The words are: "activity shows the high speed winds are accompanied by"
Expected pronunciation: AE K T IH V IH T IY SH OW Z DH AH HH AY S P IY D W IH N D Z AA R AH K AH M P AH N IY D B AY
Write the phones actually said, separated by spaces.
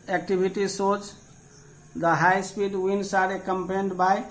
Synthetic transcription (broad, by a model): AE K T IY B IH T IY S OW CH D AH HH AY S P IY D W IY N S AA R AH K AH M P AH N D B AY